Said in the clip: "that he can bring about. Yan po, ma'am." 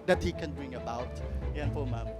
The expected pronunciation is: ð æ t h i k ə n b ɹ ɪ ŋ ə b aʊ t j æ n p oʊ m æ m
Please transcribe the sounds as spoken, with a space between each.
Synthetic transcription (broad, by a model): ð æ t h i k ə n b ɹ ɪ ŋ ə b aʊ t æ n f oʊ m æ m